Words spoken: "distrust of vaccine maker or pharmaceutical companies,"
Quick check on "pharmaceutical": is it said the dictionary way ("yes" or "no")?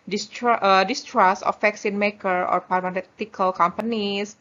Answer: no